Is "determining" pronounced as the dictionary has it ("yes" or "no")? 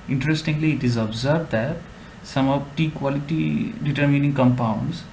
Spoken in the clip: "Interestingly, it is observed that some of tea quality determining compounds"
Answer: yes